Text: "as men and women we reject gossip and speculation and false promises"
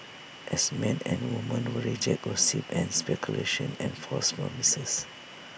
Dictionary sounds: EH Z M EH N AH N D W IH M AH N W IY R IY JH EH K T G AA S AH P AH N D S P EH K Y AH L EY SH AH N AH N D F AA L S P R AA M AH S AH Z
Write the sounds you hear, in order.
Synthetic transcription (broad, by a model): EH S M EH N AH N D W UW M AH N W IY R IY JH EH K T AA S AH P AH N S P EH K Y AH L EY SH AH N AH N F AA S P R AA M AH S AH S